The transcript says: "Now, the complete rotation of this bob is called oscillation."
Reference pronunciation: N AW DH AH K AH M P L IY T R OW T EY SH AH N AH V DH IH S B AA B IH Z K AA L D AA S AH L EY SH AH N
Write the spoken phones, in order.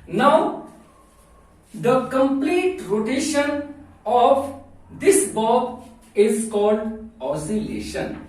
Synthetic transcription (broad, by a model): N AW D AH K AH M P L IY T R OW T EY SH AH N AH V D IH S B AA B IH Z K AA L D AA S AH L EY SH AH N